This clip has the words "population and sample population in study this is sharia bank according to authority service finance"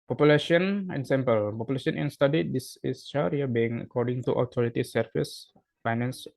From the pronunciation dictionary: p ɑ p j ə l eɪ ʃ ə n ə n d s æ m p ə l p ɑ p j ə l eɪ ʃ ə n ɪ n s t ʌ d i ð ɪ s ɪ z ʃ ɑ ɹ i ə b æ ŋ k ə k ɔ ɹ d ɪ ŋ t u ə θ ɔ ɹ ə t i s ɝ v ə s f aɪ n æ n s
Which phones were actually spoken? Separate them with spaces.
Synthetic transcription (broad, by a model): p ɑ p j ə l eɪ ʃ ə n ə n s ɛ m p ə l p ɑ p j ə l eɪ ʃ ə n ɪ n s t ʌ d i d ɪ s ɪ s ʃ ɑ ɹ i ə b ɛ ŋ ə k ɔ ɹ d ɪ ŋ t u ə t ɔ ɹ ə t i s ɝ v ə s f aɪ n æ n s